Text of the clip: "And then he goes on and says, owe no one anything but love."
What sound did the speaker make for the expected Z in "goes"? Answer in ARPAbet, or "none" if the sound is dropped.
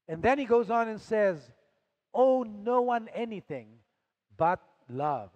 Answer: Z